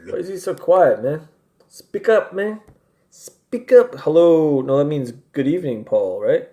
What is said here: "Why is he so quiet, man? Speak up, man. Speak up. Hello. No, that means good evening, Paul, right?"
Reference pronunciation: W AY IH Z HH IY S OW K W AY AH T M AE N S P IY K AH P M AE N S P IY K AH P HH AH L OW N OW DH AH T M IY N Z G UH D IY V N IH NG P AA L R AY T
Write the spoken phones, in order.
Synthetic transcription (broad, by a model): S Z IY S OW K W AY AH T M AE N S P IY K AH P M AE N S P IY K AH P HH AH L OW N OW DH AH T M IY N Z G UH D IY V N IH NG P AA L R AY T